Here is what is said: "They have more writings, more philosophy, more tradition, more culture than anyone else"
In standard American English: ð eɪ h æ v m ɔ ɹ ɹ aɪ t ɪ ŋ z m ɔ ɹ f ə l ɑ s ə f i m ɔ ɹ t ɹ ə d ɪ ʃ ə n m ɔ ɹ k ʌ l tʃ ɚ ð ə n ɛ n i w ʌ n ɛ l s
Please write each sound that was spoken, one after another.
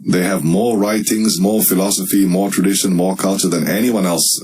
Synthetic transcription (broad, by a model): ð eɪ h æ v m ɔ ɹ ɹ aɪ t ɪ ŋ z m ɔ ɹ f ə l ɑ s ə f i m ɔ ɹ t ɹ ə d ɪ ʃ ə n m ɔ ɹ k ʌ l tʃ ɚ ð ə n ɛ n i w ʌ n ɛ l s